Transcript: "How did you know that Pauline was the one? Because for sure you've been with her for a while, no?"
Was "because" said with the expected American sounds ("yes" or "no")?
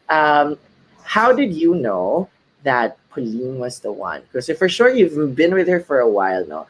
no